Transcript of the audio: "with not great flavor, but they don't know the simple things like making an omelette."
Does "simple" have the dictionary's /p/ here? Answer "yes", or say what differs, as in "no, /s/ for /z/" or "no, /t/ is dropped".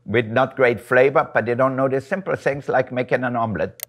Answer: yes